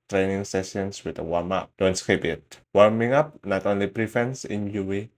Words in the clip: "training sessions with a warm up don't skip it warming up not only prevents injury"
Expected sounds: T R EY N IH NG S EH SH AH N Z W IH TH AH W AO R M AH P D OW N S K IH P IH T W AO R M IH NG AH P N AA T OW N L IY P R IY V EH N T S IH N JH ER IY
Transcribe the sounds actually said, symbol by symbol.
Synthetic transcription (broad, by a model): T R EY N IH NG S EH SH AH N S W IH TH AH W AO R M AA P D OW N S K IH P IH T W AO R M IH NG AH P N AA T OW N L IY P R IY F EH N S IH N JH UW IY